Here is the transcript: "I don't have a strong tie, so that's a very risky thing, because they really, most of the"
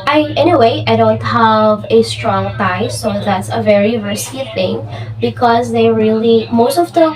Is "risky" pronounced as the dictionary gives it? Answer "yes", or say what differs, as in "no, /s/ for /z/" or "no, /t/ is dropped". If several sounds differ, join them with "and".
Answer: no, /k/ is dropped